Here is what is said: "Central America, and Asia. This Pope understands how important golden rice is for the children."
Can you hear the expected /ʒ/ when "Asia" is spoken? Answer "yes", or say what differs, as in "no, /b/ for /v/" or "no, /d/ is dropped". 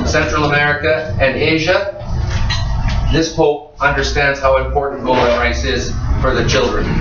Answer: yes